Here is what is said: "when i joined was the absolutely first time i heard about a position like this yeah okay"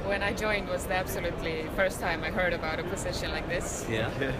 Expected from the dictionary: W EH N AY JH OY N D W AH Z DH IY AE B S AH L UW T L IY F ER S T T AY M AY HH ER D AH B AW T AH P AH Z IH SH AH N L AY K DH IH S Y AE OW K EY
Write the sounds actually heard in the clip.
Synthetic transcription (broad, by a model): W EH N AY JH OY N D W AH Z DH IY AE B S AH L UW T L IY F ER S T T AY M AY HH ER D AH B AW T AH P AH S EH SH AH N L AY K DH IH S Y AE